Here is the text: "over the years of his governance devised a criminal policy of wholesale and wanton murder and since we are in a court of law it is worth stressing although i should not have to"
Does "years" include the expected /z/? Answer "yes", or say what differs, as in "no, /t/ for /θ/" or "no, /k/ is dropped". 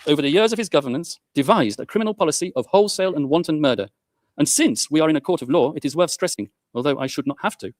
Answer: yes